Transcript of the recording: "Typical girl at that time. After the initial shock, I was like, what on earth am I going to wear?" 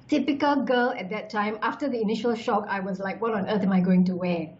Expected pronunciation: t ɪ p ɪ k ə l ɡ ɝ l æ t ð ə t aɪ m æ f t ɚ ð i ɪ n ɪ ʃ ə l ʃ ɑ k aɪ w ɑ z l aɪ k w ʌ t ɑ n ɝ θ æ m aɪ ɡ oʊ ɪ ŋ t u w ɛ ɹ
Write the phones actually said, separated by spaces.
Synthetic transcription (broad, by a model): t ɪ p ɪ k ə l ɡ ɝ l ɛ t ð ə t aɪ m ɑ f t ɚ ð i ɪ n ɪ ʃ ə l ʃ ɑ k aɪ w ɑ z l aɪ k w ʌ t ɑ n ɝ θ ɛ m aɪ ɡ oʊ ɪ ŋ t u w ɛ